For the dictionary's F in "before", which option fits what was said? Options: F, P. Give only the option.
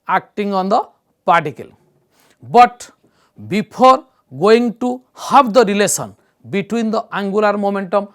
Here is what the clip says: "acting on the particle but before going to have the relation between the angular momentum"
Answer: P